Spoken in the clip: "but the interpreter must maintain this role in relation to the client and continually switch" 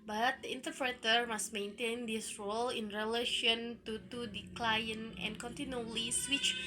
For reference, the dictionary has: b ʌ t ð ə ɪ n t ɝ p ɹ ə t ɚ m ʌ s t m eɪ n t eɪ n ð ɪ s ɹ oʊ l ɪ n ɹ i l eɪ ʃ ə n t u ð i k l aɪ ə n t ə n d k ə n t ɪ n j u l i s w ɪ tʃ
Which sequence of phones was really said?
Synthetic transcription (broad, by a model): b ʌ t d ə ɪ n t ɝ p ɹ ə t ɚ m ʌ s t m eɪ n t eɪ n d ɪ s ɹ oʊ l ɪ n ɹ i l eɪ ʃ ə n t u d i k l aɪ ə n ə n k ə n t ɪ n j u l i s w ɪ tʃ